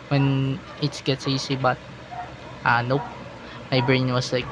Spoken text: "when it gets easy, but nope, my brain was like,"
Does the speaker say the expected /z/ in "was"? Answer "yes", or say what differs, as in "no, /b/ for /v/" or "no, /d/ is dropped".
no, /s/ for /z/